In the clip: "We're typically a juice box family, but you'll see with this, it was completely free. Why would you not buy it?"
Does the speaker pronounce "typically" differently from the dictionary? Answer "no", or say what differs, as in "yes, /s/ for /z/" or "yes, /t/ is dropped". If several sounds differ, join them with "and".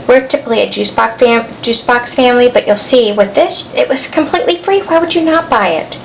yes, /k/ is dropped